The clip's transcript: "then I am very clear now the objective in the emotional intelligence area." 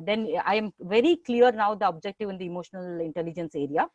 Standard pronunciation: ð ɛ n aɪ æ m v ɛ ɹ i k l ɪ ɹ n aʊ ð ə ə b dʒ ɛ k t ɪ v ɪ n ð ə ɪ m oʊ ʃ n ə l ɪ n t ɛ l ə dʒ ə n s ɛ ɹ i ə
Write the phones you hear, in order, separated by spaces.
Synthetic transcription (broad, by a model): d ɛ n aɪ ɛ m v ɛ ɹ i k l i ɹ n aʊ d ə ə b dʒ ɛ k t ɪ v ɪ n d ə ɪ m oʊ ʃ n ə l ɪ n t ɛ l ə dʒ ə n s ɛ ɹ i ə